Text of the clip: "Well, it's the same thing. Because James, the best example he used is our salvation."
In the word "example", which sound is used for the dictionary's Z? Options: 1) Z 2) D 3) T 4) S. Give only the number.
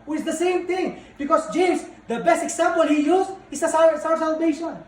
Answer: 4